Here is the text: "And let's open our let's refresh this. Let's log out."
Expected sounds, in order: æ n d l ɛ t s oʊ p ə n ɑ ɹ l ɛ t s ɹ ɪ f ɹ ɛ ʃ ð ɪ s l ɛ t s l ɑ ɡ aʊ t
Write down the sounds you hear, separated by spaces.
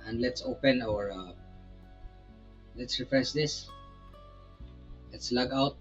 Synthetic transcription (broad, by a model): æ n d l ɛ t s oʊ p ə n ɑ ɹ l ɛ t s ɹ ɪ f ɹ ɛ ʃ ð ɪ s l ɛ t s l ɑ ɡ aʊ t